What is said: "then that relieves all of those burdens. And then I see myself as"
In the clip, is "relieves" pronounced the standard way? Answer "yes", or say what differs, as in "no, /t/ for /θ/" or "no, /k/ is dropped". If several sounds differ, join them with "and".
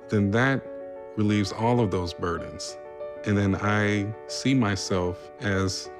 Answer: yes